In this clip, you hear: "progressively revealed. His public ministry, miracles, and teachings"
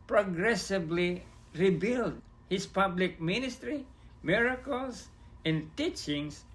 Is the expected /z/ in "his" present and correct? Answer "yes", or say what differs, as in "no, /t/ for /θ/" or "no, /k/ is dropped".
no, /s/ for /z/